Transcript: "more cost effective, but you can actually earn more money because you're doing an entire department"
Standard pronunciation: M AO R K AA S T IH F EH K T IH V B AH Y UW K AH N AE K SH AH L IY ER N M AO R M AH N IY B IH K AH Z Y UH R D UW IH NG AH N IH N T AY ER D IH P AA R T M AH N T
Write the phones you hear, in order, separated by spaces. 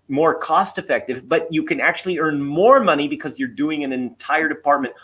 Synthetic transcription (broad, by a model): M AO R K AA S T IH F EH K T IH V B AH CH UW K AH N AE K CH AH L IY ER N M AO R M AH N IY B IH K AH Z Y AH R D UW IH NG AH N IH N T AY ER D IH P AA R T M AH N T